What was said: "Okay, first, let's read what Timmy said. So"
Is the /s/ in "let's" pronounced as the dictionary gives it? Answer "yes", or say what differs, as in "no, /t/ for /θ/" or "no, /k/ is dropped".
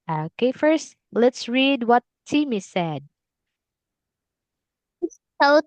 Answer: yes